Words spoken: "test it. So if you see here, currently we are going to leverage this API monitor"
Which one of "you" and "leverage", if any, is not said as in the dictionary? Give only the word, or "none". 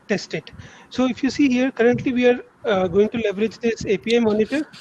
none